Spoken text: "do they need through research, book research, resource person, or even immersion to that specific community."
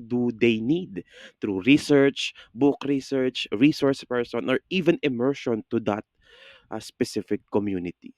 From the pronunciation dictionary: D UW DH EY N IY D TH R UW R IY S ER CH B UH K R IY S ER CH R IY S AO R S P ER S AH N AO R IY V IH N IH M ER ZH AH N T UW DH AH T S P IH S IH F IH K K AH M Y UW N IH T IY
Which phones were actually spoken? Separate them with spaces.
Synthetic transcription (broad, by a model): D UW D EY N IY D T R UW R IY S ER CH B UH K R IY S ER CH R IY S AO R S P ER S AH N AO R IY V IH N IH M ER SH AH N T UW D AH T S P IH S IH F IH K K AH M Y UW N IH T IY